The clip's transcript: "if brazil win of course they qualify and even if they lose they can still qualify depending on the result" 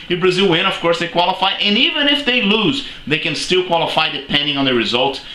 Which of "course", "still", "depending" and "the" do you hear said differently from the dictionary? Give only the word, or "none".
none